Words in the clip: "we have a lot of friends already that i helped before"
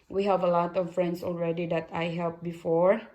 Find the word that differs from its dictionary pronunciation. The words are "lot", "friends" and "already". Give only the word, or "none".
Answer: friends